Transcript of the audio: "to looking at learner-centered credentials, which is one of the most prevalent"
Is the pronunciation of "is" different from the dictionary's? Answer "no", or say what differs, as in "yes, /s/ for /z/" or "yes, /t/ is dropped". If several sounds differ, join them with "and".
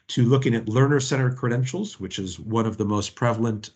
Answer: no